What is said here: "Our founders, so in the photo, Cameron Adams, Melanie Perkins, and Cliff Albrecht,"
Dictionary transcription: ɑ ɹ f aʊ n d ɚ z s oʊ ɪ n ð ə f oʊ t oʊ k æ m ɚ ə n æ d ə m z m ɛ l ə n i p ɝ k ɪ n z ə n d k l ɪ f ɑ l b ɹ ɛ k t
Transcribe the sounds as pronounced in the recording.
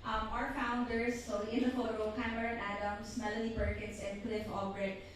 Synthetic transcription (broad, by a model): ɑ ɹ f aʊ n d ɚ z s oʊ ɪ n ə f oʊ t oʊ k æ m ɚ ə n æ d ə m s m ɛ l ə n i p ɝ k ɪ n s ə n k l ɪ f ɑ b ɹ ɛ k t